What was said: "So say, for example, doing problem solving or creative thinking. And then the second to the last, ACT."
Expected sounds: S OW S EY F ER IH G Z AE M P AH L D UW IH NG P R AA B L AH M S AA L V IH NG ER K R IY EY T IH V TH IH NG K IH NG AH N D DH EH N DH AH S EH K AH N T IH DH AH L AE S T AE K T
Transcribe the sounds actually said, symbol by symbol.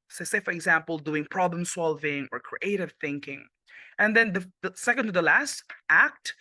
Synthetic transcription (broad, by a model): S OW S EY F ER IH G Z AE M P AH L D UW IH NG P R AA B L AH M S AA L V IH NG ER K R IY EY T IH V TH IH NG K IH NG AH N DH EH N DH AH S EH K AH N T IH DH AH L AE S T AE K T